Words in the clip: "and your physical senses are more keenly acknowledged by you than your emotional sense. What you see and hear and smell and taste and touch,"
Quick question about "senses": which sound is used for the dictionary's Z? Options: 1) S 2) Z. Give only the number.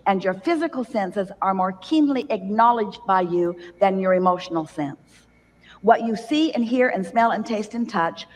2